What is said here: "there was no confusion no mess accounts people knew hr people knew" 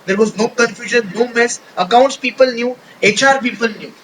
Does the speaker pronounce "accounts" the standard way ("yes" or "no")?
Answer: yes